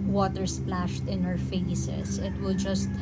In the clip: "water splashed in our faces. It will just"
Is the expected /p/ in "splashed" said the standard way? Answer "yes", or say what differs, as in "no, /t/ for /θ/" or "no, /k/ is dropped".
yes